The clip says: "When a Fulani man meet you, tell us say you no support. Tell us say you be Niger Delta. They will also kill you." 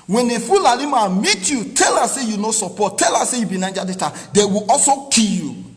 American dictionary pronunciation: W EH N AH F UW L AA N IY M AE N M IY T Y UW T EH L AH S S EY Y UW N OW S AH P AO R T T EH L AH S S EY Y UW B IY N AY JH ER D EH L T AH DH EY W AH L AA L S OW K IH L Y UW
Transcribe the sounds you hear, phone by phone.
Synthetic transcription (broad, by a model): W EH N AH F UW L AA L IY M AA M IY T Y UW T EH L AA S S EY Y UW N OW S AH P AO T T EH L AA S S EY Y UW B IY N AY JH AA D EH T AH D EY W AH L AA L S OW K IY Y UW